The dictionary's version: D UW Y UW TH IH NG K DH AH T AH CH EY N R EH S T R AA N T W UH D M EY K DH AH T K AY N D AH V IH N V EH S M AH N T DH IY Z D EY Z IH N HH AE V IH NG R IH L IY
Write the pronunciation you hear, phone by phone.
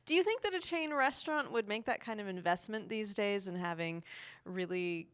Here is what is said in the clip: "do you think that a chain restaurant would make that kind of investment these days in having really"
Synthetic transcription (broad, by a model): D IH Y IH TH IH NG K DH AH T AH CH EY N R EH S T R AA N T W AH D M EY K DH AH T K AY N D AH V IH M V EH S M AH N DH IY Z D EY Z IH N HH AE V IH NG R IH L IY